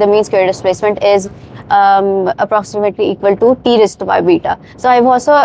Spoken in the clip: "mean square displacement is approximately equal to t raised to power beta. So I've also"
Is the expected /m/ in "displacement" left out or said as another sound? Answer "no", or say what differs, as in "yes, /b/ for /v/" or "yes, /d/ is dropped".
no